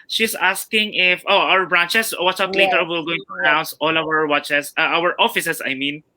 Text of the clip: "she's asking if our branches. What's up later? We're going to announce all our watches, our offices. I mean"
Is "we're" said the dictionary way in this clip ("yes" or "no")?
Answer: no